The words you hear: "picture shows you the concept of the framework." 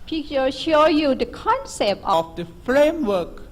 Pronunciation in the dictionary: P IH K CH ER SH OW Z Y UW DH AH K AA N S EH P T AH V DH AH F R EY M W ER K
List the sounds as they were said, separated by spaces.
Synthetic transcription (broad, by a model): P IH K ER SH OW Y UW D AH K AA N S EH P T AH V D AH F R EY M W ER K